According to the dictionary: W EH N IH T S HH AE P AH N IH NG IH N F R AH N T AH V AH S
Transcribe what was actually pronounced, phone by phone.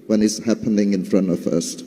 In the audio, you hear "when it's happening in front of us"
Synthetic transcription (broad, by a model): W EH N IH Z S HH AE P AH N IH NG IH N F R AH N T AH F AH S